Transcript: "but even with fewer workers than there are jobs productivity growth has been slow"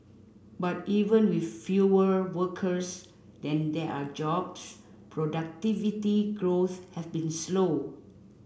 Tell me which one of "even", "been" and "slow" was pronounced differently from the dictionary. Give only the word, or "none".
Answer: none